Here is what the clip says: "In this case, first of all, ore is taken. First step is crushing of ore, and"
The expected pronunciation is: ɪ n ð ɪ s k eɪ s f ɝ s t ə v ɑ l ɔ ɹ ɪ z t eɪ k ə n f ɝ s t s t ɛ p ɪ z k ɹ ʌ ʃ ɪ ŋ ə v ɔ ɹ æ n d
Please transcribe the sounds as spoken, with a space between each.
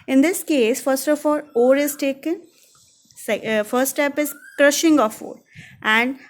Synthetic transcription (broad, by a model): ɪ n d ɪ s k eɪ s f ɝ s t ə f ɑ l ɔ ɹ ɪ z t eɪ k ə n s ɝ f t s t ɛ p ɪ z k ɹ ʌ ʃ ɪ ŋ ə f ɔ ɹ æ n d